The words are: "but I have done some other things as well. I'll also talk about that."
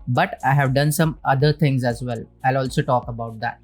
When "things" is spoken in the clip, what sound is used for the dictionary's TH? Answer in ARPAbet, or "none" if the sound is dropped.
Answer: T